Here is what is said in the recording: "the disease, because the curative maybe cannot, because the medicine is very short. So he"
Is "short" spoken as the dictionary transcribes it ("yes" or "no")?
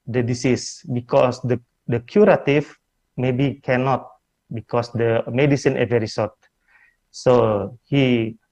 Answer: no